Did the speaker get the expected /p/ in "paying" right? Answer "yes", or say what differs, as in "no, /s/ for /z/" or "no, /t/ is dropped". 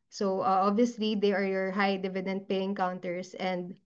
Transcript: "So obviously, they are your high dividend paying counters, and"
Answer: yes